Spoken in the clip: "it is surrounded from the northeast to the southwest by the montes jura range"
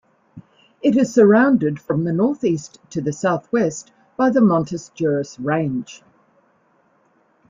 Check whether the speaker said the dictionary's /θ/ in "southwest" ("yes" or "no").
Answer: yes